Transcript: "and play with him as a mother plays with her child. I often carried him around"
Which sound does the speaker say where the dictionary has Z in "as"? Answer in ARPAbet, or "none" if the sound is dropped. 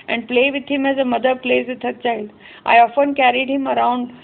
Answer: Z